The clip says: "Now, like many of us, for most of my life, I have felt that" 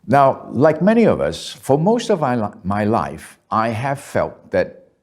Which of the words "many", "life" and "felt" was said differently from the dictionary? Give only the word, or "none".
none